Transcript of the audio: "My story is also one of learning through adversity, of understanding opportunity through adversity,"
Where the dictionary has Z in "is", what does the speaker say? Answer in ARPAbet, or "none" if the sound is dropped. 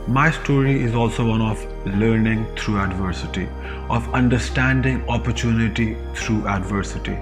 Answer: Z